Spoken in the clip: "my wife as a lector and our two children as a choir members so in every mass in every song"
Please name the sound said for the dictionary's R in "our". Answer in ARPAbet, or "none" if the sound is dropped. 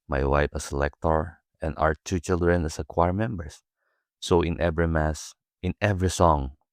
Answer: W